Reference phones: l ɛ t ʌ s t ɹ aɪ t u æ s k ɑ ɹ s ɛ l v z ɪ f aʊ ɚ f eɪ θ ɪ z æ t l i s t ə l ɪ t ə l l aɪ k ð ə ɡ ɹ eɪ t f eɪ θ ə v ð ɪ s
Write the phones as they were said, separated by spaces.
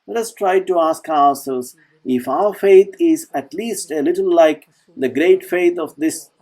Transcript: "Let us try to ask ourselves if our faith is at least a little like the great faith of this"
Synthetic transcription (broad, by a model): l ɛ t ʌ s t ɹ aɪ t u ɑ s k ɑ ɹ s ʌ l z ɪ f aʊ ɚ f eɪ t ɪ z æ t l i s t ə l ɪ t ə l l aɪ k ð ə ɡ ɹ eɪ t f eɪ t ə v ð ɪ s